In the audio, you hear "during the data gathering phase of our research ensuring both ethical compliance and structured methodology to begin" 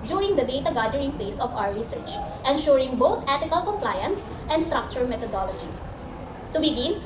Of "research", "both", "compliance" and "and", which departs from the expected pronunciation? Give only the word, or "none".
both